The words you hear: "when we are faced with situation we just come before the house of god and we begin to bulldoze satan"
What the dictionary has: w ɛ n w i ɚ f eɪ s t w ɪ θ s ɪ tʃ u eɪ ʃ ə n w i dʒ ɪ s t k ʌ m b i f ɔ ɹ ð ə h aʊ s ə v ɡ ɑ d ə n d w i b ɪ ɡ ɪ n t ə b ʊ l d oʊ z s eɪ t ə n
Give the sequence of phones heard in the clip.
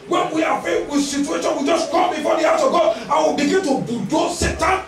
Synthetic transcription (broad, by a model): w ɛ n w i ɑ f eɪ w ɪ s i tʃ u eɪ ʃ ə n w i dʒ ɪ s k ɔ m b i f ɔ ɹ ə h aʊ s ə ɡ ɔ ə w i b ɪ ɡ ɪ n t ə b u d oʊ s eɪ t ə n